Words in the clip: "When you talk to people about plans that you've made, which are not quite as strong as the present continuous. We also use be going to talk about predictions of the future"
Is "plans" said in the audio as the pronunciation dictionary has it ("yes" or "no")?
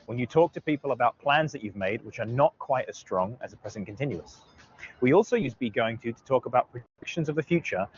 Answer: yes